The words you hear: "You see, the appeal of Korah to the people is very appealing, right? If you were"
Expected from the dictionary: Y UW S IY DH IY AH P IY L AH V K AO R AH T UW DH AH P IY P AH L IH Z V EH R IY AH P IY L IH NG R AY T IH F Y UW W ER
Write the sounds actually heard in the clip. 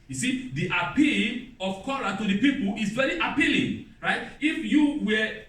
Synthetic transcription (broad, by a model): Y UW S IY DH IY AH P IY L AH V K AO L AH T UW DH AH P IY P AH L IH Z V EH R IY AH P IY L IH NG R AY T IH F Y UW W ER